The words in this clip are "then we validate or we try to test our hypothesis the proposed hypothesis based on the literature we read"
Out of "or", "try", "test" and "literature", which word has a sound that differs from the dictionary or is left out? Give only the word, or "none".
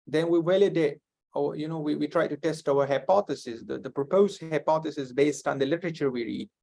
or